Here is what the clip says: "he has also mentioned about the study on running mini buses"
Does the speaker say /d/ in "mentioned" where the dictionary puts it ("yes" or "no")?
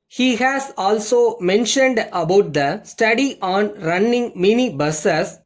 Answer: yes